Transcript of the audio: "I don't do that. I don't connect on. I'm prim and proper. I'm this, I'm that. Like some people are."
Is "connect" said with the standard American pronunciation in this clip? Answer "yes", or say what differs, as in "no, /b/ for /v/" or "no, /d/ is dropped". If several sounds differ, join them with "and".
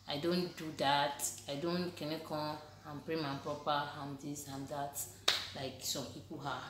no, /t/ is dropped